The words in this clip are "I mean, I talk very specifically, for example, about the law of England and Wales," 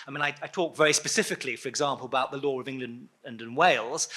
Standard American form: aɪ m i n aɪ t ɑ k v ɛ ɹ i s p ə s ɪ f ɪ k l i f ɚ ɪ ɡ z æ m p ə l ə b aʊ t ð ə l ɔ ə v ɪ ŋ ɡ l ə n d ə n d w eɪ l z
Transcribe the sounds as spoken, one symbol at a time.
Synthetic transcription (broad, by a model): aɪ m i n aɪ t ɑ k v ɛ ɹ i s p ə s ɪ f ɪ k l i f ɚ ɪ ɡ z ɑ m p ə l ə b aʊ t ð ə l ɔ ə v ɪ ŋ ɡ l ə n d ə n w eɪ l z